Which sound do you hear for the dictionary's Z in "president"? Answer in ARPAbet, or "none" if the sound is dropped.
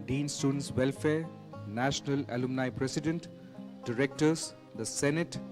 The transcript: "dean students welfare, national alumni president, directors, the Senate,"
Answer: S